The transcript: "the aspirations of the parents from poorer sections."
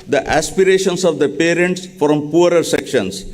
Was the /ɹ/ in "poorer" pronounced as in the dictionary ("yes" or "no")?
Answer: yes